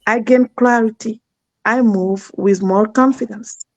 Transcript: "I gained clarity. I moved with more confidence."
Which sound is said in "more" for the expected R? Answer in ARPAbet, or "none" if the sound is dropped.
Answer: L